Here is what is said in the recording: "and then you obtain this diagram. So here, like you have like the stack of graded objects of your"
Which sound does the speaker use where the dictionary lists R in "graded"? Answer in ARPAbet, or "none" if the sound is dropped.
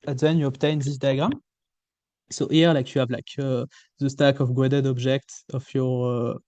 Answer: W